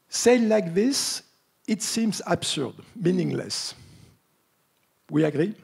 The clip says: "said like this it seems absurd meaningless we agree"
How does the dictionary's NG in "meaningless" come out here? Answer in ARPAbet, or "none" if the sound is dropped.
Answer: NG